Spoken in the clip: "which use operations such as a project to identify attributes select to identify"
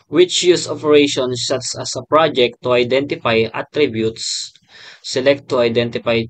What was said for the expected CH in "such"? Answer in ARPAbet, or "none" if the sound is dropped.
S